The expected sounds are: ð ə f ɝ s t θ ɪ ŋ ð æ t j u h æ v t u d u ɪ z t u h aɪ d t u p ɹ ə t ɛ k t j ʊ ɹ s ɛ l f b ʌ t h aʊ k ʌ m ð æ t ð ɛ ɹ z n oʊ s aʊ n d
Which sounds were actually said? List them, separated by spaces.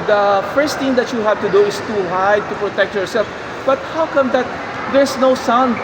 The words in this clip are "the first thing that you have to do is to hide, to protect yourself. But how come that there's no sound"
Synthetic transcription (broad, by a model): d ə f ɝ s t t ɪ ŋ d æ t j u h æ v t u d u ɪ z t u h aɪ t u p ɹ ə t ɛ k t j ʊ ɹ s ɛ l f b ʌ t h aʊ k ʌ m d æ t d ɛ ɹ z n oʊ s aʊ n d